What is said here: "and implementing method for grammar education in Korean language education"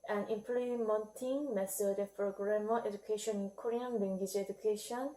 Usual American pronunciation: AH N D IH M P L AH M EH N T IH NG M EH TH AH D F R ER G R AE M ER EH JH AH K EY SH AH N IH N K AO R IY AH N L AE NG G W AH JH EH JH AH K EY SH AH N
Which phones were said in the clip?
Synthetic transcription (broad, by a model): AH N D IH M P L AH M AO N T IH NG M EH S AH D P R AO G R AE M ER EH JH AH K EY SH AH N IH N K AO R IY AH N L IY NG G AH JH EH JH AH K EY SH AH N